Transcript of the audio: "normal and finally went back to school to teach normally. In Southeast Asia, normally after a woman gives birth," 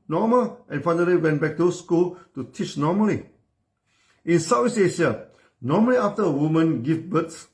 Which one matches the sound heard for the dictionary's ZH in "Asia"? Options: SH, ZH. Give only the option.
SH